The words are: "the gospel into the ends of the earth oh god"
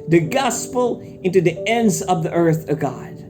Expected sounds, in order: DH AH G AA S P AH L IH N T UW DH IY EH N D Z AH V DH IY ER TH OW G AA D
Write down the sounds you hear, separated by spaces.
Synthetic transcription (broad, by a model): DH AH G AA S P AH L IH N T UW DH IY EH N D Z AH V DH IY ER TH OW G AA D